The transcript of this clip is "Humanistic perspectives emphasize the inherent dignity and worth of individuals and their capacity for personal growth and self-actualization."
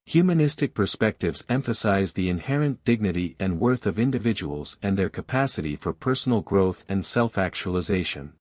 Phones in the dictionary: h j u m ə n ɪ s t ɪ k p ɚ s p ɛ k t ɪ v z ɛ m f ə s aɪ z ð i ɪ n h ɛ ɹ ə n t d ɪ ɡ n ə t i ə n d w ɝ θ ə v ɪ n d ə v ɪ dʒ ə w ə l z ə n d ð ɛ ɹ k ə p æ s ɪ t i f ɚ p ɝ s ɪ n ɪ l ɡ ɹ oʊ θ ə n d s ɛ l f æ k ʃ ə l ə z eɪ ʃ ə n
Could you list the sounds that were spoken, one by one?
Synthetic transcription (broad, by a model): h j u m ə n ɪ s t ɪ k p ɚ s p ɛ k t ɪ v z ɛ m f ə s aɪ z ð i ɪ n h ɛ ɹ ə n d ɪ ɡ n ə t i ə n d w ɝ θ ə v ɪ n d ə v ɪ dʒ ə w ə l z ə n ð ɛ ɹ k ə p æ s ɪ t i f ɚ p ɝ s n l ɡ ɹ oʊ θ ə n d s ɛ l f æ k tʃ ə l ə z eɪ ʃ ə n